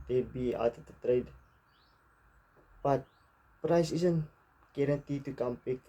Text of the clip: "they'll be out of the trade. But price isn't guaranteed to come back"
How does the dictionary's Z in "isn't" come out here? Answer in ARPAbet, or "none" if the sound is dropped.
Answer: S